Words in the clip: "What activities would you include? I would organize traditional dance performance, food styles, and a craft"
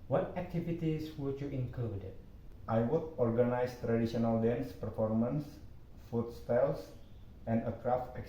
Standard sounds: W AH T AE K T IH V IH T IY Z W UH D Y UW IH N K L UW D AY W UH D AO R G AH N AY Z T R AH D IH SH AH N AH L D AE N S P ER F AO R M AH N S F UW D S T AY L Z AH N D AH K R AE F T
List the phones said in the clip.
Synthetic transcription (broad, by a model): W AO T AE K T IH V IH T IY S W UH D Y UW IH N K UW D AY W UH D AO R G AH N AY S T R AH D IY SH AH N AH L D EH N S P ER F AO R M AH N S F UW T S T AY L S AH N D AH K R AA F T